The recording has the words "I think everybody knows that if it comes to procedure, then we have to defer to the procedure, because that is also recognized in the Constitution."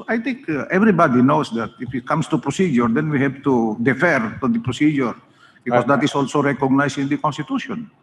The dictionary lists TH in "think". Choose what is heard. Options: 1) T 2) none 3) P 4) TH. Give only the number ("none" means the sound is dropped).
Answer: 1